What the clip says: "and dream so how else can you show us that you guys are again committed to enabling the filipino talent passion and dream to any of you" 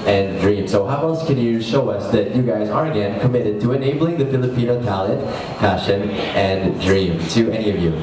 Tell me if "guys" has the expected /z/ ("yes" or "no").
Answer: yes